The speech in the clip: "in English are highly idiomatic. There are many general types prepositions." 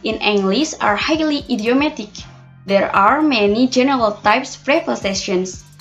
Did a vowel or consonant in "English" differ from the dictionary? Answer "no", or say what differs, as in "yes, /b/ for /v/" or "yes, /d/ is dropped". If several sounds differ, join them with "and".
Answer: yes, /s/ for /ʃ/